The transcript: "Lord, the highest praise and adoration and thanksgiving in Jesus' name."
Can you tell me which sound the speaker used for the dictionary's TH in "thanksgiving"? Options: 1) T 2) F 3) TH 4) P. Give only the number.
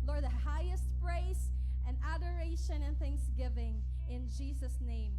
3